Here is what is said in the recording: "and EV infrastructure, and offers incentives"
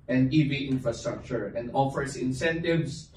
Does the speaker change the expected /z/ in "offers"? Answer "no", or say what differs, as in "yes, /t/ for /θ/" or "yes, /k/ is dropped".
yes, /s/ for /z/